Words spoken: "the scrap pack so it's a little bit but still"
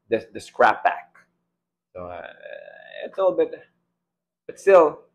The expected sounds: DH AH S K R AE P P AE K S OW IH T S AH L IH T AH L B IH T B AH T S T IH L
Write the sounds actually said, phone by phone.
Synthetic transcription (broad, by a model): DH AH S K R AE P B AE K S OW IH T S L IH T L B IH T B AH T S T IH L